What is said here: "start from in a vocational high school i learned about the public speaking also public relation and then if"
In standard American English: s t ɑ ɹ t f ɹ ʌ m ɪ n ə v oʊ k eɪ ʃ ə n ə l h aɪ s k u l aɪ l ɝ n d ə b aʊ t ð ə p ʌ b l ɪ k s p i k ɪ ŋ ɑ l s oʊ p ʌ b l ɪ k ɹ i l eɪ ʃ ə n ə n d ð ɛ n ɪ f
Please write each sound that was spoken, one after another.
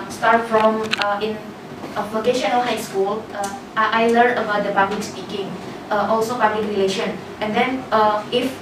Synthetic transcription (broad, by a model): s t ɑ ɹ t f ɹ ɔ m ɪ n ə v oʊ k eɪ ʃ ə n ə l h aɪ s k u l aɪ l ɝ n ə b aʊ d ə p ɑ b l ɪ k s p i k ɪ ŋ ɑ l s oʊ p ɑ b l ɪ k ɹ i l eɪ ʃ ə n ə n d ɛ n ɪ f